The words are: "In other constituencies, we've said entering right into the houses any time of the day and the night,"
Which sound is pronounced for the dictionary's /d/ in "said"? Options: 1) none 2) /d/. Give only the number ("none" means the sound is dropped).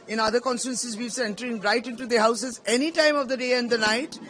1